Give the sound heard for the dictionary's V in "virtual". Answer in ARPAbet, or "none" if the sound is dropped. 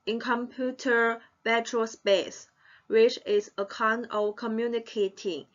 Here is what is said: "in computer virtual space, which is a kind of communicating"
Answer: B